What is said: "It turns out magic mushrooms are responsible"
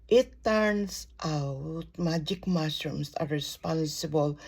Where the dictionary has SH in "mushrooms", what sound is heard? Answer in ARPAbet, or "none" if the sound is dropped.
S